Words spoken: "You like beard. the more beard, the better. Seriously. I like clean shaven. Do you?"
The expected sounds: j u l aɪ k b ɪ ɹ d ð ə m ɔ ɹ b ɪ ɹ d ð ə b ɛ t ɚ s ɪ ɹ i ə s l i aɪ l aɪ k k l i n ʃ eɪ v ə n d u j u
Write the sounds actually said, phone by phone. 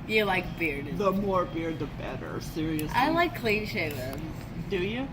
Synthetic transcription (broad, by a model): j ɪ l aɪ k b ɪ ɹ d ð ə m ɔ ɹ b ɪ ɹ d ð ə b ɛ t ɚ s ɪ ɹ i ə s i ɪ l aɪ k k l i n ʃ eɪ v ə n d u j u